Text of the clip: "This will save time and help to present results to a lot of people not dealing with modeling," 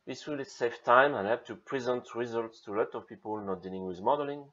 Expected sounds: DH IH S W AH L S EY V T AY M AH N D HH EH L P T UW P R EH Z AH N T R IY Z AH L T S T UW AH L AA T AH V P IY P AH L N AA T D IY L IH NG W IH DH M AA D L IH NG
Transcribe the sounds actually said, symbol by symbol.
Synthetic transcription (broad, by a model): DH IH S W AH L S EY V T AY M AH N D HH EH P T UW P R EH Z AH N T R IY Z AH L T S T UW L AA T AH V P IY P AH L N AA T D IY L IH NG W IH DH M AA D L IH NG